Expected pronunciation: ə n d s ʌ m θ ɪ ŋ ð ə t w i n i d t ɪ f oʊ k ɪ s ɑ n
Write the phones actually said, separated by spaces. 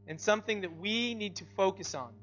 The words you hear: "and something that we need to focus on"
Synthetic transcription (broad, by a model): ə n s ʌ m θ ɪ ŋ ð ə t w i n i d t ɪ f oʊ k ɪ s n